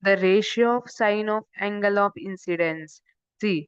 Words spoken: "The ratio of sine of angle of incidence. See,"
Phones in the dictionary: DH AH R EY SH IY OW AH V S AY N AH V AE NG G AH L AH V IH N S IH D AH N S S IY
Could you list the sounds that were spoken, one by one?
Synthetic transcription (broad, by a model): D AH R EY SH IY OW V S AY N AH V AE NG G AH L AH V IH N S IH D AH N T S IY